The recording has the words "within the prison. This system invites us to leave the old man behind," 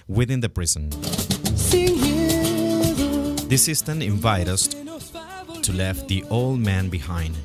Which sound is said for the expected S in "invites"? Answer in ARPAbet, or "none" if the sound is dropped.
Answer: none